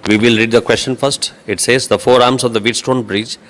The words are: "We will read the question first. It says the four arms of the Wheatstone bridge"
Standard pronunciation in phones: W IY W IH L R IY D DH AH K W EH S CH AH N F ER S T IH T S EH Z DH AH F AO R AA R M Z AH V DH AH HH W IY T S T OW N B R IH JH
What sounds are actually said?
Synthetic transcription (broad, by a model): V IY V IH L R IY D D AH K W EH S CH AH N F ER S T IH T S EH Z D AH F AO R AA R M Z AH V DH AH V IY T S T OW N B R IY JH